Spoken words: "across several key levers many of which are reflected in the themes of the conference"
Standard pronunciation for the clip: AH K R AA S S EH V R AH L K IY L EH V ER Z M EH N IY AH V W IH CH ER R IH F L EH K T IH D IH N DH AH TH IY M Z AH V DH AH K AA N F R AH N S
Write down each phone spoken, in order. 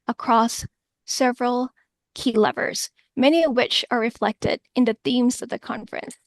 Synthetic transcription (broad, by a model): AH K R AA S S EH V R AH L K IY L EH V ER Z M EH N IY AH V W IH CH ER R IH F L EH K T IH D IH N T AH TH IY M Z AH V DH AH K AA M F R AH N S